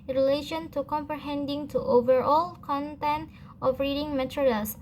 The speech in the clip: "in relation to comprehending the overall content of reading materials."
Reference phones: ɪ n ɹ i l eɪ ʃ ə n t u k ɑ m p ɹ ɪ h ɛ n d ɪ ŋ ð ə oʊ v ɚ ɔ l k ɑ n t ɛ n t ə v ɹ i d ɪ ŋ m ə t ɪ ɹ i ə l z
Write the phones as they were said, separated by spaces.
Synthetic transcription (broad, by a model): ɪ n ɹ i l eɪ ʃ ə n t u k ɑ m p ɹ ɪ h ɛ n d ɪ ŋ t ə oʊ v ɚ ɔ l k ɑ n t ɛ n t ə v ɹ i d ɪ ŋ m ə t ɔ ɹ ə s